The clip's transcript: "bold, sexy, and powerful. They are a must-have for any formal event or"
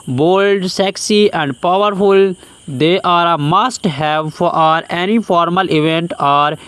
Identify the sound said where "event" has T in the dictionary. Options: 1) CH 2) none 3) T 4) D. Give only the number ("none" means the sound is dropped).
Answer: 3